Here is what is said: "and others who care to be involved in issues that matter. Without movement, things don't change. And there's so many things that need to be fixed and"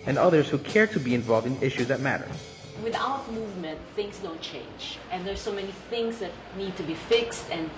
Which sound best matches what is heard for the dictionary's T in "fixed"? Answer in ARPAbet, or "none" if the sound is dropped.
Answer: T